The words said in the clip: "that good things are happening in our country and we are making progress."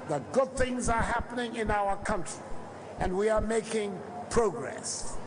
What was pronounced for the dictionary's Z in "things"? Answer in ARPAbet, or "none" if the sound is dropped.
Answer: Z